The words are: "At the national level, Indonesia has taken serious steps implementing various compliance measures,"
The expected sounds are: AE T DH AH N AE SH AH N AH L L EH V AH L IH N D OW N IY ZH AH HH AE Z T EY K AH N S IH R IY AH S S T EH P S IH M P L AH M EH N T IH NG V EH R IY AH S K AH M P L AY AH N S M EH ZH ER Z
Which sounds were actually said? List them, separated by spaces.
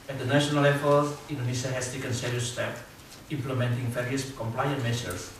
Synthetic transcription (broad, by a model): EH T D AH N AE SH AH N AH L L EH F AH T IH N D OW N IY S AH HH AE S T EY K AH N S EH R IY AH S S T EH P IH M P L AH M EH N T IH NG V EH R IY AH S K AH M P L AY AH N M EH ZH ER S